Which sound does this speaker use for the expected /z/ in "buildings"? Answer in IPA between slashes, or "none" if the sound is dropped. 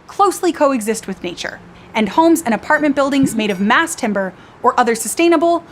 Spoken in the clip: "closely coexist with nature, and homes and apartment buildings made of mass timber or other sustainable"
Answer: /z/